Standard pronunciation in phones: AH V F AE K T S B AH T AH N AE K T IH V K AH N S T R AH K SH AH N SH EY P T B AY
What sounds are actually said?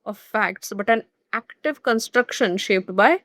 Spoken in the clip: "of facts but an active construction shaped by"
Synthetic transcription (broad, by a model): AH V F AE K T S B AH T AH N AE K T IH V K AH N S T R AH K SH AH N SH EY P T B AY